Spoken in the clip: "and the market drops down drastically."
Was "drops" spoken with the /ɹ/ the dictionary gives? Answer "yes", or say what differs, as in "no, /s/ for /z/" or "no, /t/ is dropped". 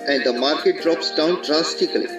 yes